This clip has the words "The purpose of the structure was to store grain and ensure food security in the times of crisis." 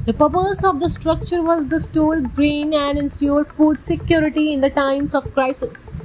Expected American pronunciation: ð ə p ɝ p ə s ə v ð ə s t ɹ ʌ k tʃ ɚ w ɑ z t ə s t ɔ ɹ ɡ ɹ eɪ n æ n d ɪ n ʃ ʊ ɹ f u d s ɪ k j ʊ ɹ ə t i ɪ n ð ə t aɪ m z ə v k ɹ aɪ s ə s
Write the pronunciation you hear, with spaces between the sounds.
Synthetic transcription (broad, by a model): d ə p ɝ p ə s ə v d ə s t ɹ ʌ k tʃ ɚ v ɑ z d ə s t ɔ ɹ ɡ ɹ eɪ n æ n d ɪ n s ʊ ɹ f u d s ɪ k j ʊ ɹ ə t i ɪ n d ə t aɪ m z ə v k ɹ aɪ s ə s